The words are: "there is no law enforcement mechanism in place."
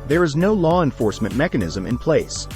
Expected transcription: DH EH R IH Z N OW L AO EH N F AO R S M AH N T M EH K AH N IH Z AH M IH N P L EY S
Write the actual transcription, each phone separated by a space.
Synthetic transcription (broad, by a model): DH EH R IH Z N OW L AO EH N F AO R S M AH N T M EH K AH N IH Z AH M IH N P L EY S